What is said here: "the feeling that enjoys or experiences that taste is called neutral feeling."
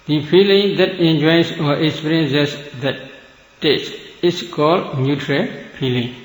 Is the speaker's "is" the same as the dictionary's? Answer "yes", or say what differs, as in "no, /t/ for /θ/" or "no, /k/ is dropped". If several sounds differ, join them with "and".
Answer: no, /s/ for /z/